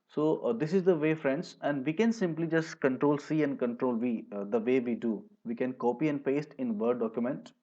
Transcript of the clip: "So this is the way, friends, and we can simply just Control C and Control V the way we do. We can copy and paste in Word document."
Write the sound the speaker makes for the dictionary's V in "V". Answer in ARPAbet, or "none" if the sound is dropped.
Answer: V